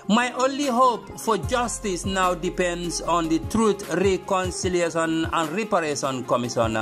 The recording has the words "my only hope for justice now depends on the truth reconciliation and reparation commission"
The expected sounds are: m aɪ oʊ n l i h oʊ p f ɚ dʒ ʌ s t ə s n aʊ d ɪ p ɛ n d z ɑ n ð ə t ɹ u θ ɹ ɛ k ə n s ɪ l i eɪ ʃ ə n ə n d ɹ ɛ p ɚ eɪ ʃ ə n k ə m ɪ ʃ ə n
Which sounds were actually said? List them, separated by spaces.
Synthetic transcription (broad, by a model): m aɪ oʊ n l i h oʊ p f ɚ dʒ ʌ s t ə s n aʊ d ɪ p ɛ n d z ɑ n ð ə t ɹ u t ɹ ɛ k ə n s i l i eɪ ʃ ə n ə n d ɹ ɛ p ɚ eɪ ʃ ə n k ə m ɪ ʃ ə n